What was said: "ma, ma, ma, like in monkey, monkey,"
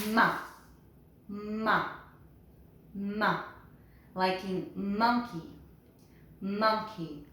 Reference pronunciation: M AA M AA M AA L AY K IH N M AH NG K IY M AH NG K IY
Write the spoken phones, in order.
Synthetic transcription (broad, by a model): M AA M AA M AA L AY K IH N M AH NG K IY M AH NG K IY